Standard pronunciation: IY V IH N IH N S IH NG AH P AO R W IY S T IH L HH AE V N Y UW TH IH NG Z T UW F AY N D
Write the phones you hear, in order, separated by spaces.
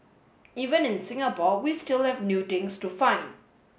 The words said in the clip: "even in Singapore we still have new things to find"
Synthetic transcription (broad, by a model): IY V IH N IH N S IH NG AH P AO W IY S T IH L HH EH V N Y UW T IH NG S T UW F AY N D